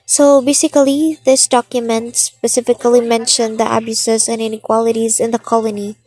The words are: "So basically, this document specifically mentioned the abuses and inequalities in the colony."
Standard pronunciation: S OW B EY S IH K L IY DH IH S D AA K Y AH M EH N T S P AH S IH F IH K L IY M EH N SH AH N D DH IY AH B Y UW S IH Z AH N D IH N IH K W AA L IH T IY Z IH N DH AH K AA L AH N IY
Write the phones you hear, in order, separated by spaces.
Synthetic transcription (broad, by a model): S OW B EY S IH K L IY DH IH S D AA K Y AH M EH N T S P AH S IH F IH K L IY M EH N SH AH N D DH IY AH B Y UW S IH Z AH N IH N IH K W AA L IH T IY Z IH N DH AH K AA L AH N IY